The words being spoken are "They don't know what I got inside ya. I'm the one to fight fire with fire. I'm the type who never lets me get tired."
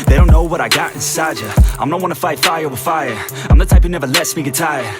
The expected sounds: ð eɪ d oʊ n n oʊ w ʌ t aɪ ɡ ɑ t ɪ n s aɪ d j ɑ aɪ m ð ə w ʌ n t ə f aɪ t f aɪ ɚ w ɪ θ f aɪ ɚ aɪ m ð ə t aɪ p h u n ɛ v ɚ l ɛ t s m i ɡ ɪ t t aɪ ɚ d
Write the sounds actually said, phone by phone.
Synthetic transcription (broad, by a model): ð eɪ d oʊ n n oʊ w ʌ t aɪ ɡ ɑ t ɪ n s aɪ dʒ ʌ aɪ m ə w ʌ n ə f aɪ t f aɪ ɚ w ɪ f aɪ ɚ aɪ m ð ə t aɪ p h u n ɛ v ɚ l ɛ t s m i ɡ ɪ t t aɪ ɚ